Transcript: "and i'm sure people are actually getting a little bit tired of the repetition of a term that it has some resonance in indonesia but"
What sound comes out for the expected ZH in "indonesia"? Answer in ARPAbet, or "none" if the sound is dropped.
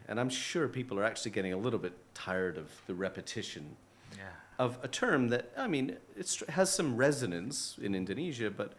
ZH